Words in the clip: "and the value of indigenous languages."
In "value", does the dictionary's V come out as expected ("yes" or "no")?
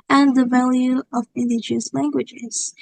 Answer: yes